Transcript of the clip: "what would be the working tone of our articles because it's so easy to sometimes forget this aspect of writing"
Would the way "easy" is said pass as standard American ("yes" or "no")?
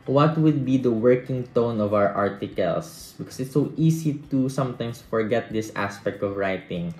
no